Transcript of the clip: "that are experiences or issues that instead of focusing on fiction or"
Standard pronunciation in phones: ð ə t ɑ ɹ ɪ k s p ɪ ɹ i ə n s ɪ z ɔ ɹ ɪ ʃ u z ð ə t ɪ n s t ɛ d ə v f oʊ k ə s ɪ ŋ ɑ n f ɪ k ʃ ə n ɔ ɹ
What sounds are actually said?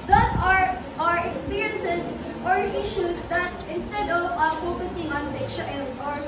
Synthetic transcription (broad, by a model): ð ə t ɑ ɹ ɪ k s p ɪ ɹ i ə n s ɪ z ɔ ɹ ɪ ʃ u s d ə t ɪ n s t ɛ d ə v f oʊ k ə s ɪ ŋ ɑ n p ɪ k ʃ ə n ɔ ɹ